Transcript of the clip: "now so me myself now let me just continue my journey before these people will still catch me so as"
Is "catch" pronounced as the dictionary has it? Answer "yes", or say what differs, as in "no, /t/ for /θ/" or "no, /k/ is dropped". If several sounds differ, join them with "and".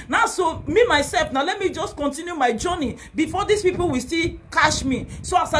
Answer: no, /ʃ/ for /tʃ/